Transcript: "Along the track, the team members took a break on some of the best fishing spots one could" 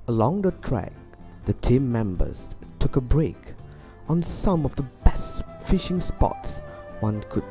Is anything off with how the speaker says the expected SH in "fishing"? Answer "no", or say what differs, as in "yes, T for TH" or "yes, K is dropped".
no